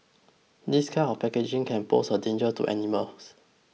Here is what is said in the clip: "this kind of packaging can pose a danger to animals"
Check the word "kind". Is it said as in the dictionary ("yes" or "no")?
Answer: no